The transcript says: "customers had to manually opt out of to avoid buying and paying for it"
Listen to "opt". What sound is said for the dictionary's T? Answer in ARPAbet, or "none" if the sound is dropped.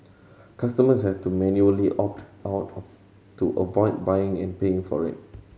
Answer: T